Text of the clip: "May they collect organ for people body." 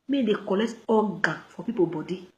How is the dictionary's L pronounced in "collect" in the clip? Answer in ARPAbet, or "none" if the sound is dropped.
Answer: L